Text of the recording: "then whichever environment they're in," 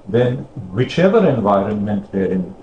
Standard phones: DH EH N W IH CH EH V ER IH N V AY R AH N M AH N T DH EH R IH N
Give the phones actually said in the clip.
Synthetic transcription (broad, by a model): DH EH N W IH CH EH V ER IH N V AY R AH N M AH N T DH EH R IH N